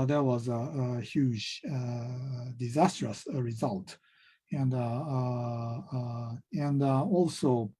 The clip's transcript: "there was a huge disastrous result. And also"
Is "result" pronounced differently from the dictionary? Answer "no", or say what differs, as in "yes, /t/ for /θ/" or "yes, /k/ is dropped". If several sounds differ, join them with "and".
no